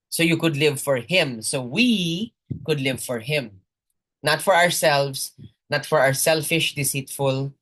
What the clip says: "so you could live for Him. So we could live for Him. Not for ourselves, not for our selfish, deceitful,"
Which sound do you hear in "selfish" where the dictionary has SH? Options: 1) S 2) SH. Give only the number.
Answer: 2